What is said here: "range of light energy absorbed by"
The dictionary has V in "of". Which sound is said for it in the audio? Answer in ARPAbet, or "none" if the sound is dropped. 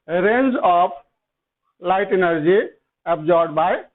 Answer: P